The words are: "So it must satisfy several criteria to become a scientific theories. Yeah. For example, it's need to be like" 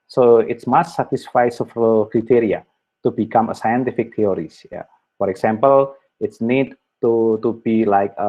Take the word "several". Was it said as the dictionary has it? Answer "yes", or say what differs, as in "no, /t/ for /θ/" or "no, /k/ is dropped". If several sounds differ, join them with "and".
no, /f/ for /v/